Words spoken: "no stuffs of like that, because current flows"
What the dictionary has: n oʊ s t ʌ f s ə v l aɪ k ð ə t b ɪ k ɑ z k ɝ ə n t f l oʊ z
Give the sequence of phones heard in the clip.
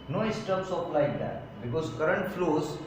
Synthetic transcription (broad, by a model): n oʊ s t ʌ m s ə p l aɪ k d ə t b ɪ k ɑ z k ɝ ə n t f l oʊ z